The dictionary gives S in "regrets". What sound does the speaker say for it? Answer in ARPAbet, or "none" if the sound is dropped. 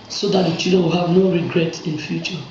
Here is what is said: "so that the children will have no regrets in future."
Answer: none